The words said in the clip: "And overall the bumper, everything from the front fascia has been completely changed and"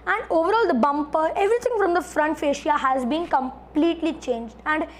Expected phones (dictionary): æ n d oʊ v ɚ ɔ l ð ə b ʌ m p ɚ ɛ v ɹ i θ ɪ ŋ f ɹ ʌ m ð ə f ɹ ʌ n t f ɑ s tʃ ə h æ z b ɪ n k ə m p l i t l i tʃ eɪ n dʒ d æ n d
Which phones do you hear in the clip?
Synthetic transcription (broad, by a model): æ n d oʊ v ɚ ɔ l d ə b ʌ m p ɚ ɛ v ɹ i t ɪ ŋ f ɹ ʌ m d ə f ɹ ʌ n t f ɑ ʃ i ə h æ z b ɪ n k ə m p l i t l i tʃ eɪ n dʒ d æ n d